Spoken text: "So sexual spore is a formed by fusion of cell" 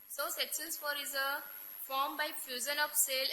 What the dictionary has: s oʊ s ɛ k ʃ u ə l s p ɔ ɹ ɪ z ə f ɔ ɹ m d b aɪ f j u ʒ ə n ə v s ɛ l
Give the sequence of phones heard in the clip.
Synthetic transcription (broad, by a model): s oʊ s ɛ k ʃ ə n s f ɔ ɹ ɪ z ə f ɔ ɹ m b aɪ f j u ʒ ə n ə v s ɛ l